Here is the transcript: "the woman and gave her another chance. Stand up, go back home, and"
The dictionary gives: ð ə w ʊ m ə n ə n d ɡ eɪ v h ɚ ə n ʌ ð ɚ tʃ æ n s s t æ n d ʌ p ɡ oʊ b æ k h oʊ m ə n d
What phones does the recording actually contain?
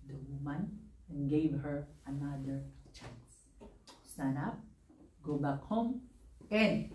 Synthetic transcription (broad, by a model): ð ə w ʊ m ə n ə n ɡ eɪ v h ɚ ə n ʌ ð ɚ tʃ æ n s s t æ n ʌ p ɡ oʊ b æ k h oʊ m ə n d